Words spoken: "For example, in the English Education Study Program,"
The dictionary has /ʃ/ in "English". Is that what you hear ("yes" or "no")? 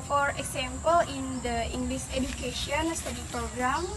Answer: no